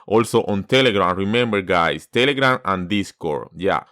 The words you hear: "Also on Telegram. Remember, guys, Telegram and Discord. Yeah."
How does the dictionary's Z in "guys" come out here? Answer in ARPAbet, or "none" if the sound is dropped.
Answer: S